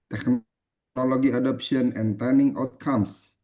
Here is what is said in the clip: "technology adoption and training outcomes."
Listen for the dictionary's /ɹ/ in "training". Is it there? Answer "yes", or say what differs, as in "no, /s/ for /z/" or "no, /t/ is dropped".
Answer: no, /ɹ/ is dropped